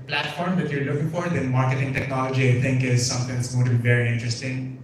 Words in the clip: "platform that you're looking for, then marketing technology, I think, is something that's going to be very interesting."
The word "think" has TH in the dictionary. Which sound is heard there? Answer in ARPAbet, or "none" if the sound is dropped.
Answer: T